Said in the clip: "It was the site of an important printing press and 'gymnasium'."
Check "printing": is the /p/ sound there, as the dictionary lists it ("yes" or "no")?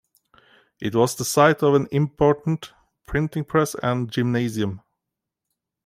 yes